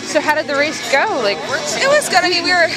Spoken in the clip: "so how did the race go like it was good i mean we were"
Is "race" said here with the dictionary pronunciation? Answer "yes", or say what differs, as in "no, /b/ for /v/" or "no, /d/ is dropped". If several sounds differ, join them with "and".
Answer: yes